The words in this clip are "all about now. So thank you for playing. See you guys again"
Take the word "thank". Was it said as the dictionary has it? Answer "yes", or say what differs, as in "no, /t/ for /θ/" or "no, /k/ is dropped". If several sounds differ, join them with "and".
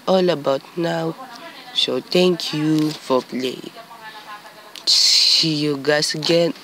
no, /t/ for /θ/